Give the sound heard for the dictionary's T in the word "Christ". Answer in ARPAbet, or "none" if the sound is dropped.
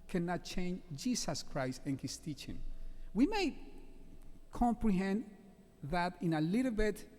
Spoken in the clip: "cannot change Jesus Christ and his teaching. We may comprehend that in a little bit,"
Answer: T